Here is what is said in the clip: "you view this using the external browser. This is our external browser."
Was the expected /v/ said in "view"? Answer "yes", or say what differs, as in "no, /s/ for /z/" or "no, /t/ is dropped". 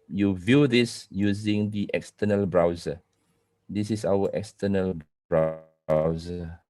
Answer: yes